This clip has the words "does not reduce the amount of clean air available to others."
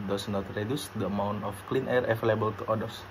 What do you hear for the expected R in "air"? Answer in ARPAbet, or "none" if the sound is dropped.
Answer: R